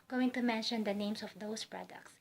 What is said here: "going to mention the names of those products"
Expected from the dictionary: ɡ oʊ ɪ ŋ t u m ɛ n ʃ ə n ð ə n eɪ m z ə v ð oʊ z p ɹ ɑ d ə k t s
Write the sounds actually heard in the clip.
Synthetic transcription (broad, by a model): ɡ oʊ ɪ ŋ t u m ɛ n ʃ ə n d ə n eɪ m s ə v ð oʊ s p ɹ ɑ d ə k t s